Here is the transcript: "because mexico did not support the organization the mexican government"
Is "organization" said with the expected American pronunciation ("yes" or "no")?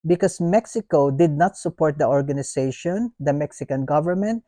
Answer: no